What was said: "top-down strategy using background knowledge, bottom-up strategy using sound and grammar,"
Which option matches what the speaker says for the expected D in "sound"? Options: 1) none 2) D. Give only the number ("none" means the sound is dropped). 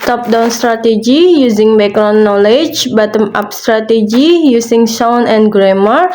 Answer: 1